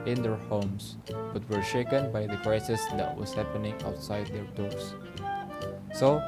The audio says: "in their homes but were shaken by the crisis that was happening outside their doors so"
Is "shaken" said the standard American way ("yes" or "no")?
yes